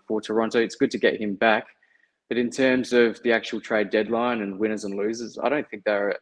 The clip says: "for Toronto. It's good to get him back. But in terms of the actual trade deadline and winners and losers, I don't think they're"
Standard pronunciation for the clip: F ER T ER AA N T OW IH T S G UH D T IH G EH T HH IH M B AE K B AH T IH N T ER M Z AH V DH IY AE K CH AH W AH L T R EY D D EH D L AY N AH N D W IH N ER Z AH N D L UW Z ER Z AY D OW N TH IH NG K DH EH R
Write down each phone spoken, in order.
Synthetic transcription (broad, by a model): F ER T ER AA N T OW IH T S G UH D T IH G EH T HH IH M B AE K B AH T IH N T ER M Z AH V DH IY AE K CH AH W L T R EY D D EH D L AY N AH N W IH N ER Z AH N L UW Z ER Z AY D OW N TH IH NG K DH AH R